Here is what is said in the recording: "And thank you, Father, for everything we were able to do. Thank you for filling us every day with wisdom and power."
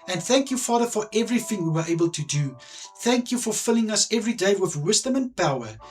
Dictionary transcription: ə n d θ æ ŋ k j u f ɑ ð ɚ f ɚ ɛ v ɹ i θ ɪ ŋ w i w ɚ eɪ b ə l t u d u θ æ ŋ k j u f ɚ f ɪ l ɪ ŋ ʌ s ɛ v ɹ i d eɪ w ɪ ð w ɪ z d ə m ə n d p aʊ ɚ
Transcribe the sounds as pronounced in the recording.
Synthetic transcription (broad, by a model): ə n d θ æ ŋ k j u f ɑ ð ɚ f ɚ ɛ v ɹ i θ ɪ ŋ w i w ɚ eɪ b ə l t u d u θ æ ŋ k j u f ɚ f ɪ l ɪ ŋ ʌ s ɛ v ɹ i d eɪ w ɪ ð w ɪ z d ə m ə n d p aʊ ɚ